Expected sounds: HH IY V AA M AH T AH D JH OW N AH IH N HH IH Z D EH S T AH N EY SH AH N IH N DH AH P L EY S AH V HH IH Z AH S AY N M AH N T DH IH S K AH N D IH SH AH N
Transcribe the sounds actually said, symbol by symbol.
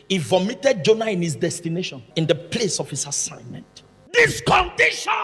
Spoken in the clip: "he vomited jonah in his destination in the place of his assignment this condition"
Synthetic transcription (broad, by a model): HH IY V AA M AH T AH D JH OW N AH IH N HH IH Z D EH S T AH N EY SH AH N IH N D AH P L EY S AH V HH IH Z AH S AY N M AH N T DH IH S K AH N D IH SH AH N